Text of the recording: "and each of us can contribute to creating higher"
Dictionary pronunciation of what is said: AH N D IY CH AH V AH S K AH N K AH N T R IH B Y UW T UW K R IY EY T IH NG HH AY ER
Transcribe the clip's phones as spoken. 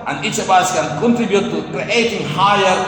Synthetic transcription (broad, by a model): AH N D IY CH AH B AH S K AH N K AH N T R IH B Y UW T UW K R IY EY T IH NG HH AY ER